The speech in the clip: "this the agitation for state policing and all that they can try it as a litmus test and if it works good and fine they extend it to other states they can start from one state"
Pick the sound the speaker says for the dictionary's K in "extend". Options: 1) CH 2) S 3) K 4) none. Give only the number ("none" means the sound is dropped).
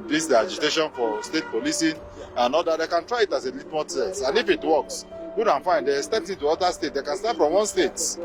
4